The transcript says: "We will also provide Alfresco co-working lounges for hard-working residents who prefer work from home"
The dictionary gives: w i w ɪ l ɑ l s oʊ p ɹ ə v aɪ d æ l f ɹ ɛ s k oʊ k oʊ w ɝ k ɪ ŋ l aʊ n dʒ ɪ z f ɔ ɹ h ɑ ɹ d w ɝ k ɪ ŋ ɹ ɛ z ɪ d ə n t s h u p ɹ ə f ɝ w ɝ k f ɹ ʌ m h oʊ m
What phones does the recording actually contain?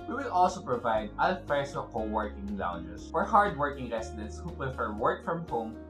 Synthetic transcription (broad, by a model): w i w ɪ l ɑ l s oʊ p ɹ ə v aɪ d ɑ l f ɛ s oʊ k oʊ w ɝ k ɪ ŋ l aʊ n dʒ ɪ s f ɔ ɹ h ɑ ɹ d w ɝ k ɪ ŋ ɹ ɛ s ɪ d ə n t s h u p ɹ ə f ɝ w ɝ k f ɹ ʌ m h oʊ m